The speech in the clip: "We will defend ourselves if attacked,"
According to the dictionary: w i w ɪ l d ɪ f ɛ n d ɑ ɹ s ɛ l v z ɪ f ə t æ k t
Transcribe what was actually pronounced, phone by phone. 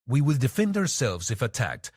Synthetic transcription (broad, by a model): w i w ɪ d d ɪ f ɛ n d ɑ ɹ s ɛ l v z ɪ f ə t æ k t